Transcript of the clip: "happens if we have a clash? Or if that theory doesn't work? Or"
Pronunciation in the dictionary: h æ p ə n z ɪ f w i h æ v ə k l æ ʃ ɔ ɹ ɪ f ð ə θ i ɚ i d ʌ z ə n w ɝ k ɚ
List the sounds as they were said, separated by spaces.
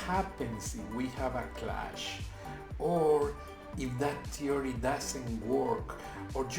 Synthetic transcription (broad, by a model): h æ p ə n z ɪ f w i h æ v ə k l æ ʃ ɔ ɹ ɪ f ð ə t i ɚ i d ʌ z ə n w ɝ k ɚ